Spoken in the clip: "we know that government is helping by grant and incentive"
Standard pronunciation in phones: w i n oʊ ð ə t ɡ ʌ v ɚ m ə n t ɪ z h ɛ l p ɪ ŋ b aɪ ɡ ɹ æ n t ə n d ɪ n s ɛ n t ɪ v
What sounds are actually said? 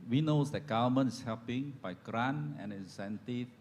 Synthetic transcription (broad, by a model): w i n oʊ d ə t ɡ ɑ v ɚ m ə n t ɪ s h ɛ l p ɪ ŋ b aɪ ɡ ɹ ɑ n ə n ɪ n s ɛ n t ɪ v